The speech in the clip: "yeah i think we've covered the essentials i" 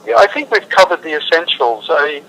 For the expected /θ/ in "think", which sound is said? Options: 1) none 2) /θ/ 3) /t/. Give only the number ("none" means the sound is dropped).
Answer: 2